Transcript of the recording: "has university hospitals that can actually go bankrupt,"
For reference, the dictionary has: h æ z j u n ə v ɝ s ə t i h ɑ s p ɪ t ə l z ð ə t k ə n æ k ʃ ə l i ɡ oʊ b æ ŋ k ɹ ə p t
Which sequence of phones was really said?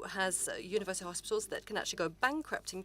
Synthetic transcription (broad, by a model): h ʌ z j u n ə v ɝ s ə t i h ɑ s p ɪ t ə l z ð ə t k ə n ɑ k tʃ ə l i ɡ oʊ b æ ŋ k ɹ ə p t